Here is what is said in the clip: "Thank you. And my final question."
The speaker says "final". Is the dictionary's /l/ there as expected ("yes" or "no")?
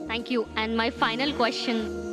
yes